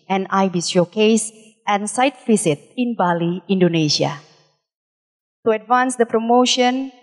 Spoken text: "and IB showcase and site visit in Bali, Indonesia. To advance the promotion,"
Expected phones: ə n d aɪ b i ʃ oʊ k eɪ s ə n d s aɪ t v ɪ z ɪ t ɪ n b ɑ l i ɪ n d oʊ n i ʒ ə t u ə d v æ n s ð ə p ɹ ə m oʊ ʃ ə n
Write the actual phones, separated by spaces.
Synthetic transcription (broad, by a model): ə n aɪ b i s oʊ k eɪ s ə n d s aɪ t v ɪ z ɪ t ɪ n b ɑ l i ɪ n d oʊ n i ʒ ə t u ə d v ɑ n s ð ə p ɹ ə m oʊ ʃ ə n